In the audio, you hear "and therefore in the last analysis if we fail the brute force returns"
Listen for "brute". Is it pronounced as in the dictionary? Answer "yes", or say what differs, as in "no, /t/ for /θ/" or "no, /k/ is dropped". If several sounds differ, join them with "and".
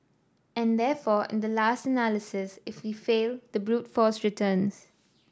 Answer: yes